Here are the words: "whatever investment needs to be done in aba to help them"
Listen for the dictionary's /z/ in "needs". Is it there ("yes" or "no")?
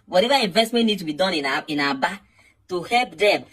no